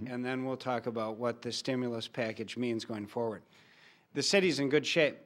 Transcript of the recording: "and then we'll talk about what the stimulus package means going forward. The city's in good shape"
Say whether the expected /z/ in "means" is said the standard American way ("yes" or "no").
yes